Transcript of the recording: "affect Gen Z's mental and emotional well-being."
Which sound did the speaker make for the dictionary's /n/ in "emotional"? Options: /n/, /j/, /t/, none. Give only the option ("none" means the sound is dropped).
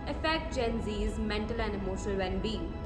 none